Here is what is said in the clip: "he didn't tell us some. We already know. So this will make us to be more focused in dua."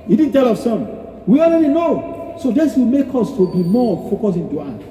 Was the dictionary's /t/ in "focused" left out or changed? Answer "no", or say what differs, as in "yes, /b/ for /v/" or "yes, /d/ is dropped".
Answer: yes, /t/ is dropped